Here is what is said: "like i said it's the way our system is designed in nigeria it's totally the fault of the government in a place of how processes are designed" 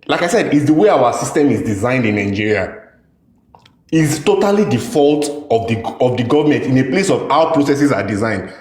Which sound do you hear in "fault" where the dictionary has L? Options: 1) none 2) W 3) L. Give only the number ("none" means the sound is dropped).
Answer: 3